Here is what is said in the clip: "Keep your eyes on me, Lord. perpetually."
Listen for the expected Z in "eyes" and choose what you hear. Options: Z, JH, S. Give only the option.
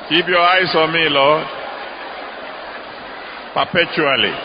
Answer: S